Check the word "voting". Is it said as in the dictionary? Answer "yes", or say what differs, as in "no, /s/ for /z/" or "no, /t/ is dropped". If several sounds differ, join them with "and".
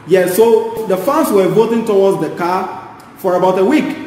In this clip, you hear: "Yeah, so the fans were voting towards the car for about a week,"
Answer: yes